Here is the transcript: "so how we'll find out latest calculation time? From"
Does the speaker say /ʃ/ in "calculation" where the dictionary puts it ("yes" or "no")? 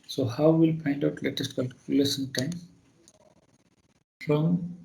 no